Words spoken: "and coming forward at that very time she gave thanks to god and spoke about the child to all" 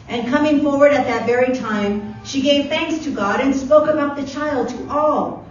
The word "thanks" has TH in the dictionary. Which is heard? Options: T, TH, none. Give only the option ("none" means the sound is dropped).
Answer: TH